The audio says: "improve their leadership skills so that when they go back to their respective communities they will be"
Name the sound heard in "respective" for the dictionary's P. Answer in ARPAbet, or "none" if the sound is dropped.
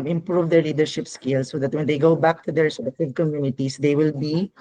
none